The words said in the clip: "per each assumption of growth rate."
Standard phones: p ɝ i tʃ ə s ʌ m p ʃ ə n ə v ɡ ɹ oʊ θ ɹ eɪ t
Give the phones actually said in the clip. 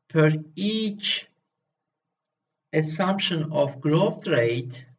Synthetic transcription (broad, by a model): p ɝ i tʃ ə s ʌ m p ʃ ə n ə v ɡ ɹ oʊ t ɹ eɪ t